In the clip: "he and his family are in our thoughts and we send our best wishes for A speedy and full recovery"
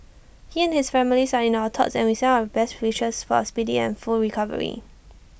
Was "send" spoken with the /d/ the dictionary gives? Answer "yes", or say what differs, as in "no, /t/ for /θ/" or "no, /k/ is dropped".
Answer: no, /d/ is dropped